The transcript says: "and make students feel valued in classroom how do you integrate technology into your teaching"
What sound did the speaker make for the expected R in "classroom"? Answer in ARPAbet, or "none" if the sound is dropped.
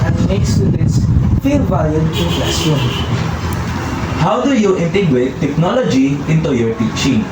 none